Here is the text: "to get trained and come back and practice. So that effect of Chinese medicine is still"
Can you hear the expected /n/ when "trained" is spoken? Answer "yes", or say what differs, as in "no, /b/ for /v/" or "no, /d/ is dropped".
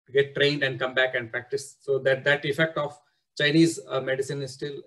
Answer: yes